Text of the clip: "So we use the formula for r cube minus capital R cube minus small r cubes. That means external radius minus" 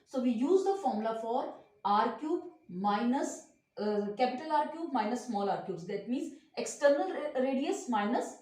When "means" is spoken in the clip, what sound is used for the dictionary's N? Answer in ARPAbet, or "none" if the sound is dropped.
N